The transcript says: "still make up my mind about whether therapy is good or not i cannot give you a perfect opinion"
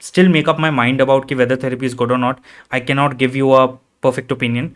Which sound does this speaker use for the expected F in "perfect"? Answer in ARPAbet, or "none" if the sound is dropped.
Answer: F